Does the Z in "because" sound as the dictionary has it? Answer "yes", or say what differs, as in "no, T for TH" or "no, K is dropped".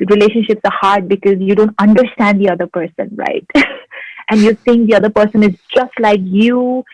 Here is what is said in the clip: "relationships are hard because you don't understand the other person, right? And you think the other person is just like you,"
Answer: yes